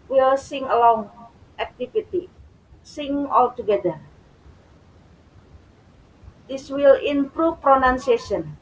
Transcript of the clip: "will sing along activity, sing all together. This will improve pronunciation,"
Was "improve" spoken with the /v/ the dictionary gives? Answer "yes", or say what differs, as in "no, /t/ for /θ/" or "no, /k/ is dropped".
no, /f/ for /v/